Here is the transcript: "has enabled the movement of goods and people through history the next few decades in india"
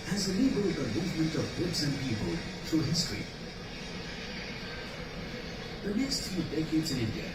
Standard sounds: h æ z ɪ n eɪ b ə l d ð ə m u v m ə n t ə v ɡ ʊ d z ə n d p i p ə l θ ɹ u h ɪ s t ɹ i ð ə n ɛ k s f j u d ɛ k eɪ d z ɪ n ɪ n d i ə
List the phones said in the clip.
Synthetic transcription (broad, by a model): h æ z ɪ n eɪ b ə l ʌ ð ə m u v m ə n t ə v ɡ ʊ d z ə n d p i p ə l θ ɹ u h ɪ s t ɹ i ð ə n ɛ k s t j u d ɛ k eɪ d z ɪ n ɪ n d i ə